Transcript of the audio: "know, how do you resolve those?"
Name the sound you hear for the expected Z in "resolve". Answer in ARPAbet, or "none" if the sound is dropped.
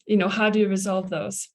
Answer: Z